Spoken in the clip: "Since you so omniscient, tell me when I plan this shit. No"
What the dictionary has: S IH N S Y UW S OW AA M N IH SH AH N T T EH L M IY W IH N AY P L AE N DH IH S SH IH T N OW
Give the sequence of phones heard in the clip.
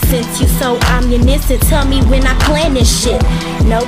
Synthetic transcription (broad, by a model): S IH N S Y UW S OW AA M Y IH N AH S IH T EH L M IY W IH N AY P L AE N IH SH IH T N OW